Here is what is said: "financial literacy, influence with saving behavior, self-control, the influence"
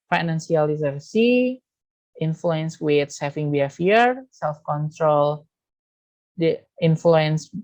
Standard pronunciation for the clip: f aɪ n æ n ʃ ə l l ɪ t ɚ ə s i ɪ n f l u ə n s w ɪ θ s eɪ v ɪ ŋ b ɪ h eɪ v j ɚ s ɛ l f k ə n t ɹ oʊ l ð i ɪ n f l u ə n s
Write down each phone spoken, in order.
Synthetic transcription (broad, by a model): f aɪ n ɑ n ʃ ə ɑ l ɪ s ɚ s i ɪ n f l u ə n s w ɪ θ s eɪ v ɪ ŋ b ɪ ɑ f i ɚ s ɛ l f k ə n t ɹ oʊ l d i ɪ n f l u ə n s